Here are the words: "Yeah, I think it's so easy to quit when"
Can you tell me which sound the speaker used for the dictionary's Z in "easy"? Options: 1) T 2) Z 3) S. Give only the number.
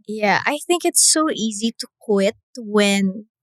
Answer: 2